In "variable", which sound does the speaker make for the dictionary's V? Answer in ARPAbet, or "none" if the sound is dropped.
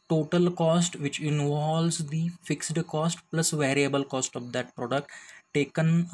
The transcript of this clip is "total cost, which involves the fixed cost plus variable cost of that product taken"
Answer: V